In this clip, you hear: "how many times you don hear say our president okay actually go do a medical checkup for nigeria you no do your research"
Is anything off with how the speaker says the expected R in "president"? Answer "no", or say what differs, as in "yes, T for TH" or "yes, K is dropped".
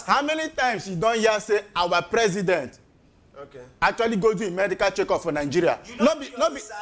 no